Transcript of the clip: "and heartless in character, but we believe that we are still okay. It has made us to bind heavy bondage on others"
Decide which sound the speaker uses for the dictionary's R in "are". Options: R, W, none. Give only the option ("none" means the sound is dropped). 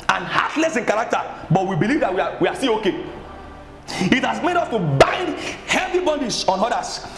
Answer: W